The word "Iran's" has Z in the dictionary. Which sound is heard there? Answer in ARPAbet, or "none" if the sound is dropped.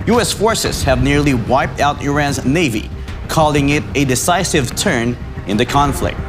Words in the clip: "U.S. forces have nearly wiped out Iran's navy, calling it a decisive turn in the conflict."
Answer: Z